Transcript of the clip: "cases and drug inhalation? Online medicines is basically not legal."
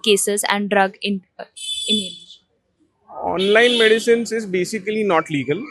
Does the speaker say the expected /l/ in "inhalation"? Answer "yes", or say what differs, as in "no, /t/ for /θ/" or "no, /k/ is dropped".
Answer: no, /n/ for /l/